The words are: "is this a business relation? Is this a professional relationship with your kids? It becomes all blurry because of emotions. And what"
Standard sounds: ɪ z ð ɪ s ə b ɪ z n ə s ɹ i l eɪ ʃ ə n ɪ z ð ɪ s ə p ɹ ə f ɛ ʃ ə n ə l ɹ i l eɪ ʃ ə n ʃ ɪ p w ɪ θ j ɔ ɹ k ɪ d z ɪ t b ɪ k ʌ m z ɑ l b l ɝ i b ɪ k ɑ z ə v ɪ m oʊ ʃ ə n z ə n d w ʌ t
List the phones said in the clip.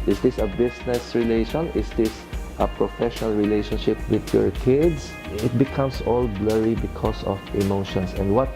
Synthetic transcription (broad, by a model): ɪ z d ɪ s ə b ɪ s n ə s ɹ i l eɪ ʃ ə n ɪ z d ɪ s ə p ɹ ə f ɛ ʃ ə n ə l ɹ i l eɪ ʃ ə n ʃ ɪ p w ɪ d j ɔ ɹ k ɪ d s ɪ t b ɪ k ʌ m s ɑ l b l ɝ i b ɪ k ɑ s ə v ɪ m oʊ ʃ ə n s ə n d w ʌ t